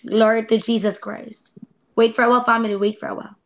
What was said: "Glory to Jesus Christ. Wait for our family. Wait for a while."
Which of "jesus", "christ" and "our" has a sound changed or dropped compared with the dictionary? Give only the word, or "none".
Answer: our